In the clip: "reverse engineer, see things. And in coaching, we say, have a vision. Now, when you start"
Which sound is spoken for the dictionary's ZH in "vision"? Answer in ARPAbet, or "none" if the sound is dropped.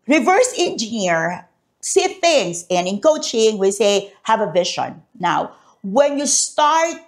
SH